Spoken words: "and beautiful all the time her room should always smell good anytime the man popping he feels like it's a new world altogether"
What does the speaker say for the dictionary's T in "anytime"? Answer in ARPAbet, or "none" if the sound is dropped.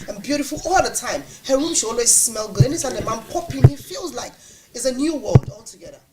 S